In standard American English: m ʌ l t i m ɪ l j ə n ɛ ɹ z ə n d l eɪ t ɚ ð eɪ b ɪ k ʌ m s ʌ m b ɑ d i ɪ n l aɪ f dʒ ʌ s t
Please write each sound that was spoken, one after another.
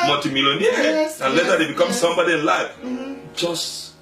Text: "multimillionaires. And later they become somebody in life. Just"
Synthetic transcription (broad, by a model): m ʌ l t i m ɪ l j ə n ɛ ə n l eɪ s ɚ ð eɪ b ɪ k ʌ m s ʌ m b ɑ d i ɪ n l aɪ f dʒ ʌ s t